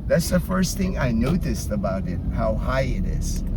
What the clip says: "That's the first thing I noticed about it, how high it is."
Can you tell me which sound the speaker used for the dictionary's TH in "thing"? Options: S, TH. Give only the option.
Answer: TH